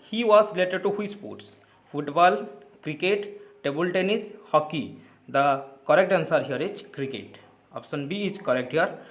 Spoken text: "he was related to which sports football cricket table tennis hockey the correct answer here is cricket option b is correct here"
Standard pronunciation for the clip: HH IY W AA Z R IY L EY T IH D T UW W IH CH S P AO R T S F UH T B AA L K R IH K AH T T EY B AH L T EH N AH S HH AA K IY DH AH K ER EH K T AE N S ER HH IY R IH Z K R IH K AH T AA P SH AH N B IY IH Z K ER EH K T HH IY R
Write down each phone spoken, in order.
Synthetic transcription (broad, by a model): HH IY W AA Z R IY L EY T IH D T UW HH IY S P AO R T S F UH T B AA L K R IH K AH T T EY B AH L T EH N AH S HH AA K IY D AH K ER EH K T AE N S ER HH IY R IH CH K R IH K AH T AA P S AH N B IY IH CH K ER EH K T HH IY R